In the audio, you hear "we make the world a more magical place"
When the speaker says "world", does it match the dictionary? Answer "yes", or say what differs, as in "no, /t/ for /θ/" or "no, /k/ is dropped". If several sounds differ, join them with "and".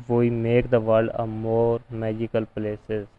no, /l/ is dropped